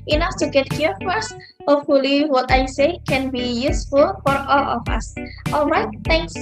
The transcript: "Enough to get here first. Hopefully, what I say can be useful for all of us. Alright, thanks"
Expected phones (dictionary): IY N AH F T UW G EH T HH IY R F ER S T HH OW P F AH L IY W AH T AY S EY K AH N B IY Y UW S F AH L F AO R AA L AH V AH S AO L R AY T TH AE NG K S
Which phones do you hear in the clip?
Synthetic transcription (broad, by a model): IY N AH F T UW G EH T HH IY R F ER S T HH OW P F AH L IY W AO T AY S EY K AH N B IY Y UW S F AH L F AO R AA L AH F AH S AO L R AY T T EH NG K S